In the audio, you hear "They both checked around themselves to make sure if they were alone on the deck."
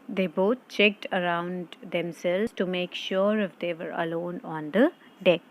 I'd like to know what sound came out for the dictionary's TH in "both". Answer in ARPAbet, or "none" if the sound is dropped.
T